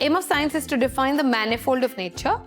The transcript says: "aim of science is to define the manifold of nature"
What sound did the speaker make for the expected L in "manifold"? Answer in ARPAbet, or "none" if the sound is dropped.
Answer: L